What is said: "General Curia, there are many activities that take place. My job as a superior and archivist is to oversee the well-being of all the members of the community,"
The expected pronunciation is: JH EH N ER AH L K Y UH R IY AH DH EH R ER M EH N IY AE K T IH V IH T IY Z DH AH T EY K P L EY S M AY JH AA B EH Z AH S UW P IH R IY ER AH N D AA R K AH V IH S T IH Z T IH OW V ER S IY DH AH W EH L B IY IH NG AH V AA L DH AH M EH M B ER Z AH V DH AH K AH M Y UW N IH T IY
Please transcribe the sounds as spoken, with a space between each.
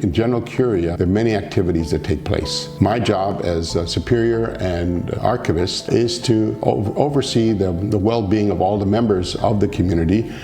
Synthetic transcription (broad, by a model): JH EH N ER L K Y UH R IY AH DH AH R M EH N IY AE K T IH V IH T IY Z DH AH T EY K P L EY S M AY JH AA B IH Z S UW P IH R IY ER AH N AA R K AH V IH S T IH Z T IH OW V ER S IY DH AH W EH L B IY IH NG AH V AA L DH AH M EH M B ER Z AH V DH AH K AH M Y UW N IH T IY